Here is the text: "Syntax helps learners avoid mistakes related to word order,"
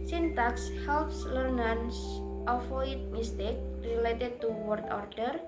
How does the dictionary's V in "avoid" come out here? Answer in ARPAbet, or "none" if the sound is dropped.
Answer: F